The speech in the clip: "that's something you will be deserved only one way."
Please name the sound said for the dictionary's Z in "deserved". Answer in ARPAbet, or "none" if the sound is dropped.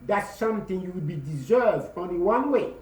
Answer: Z